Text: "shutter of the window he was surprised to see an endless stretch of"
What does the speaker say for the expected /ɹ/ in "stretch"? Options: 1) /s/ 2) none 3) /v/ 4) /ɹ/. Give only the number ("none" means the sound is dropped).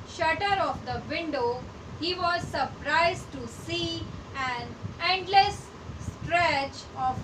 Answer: 4